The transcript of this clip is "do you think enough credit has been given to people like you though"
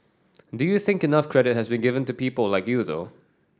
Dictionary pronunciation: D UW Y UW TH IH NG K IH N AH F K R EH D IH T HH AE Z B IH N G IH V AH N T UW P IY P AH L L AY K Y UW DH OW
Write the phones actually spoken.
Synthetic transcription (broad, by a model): D UW Y UW TH IH NG K IH N AH F K R EH D IH T HH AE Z B IH N G IH V AH N T UW P IY P AH L L AY K Y UW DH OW